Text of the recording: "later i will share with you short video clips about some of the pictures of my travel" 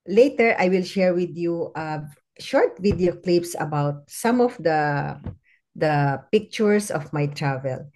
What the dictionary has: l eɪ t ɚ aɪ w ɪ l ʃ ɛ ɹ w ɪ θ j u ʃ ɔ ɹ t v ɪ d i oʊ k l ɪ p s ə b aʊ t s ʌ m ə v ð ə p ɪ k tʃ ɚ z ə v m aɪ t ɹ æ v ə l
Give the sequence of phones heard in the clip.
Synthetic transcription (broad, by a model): l eɪ t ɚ aɪ w ɪ l ʃ ɛ ɹ w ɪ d j u ʃ ɔ ɹ t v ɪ d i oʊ k l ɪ p s ə b aʊ t s ʌ m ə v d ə p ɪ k tʃ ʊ s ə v m aɪ t ɹ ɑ v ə l